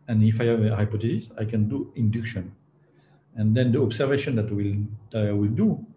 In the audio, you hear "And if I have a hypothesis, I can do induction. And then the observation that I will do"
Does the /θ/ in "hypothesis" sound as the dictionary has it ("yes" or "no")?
no